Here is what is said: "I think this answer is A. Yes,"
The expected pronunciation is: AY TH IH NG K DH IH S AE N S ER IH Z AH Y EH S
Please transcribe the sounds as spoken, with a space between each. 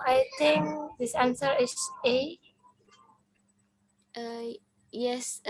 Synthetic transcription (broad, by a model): AY T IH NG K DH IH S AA N S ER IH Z AH Y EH S